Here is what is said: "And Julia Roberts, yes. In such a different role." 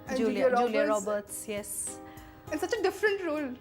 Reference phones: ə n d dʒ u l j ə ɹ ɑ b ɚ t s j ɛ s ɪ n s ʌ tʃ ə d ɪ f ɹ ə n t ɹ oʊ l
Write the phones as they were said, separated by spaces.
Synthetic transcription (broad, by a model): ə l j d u l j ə ɹ ɑ b ɚ t s j ɛ s ɪ n s ʌ tʃ ə d ɪ f ɹ ə n t ɹ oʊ l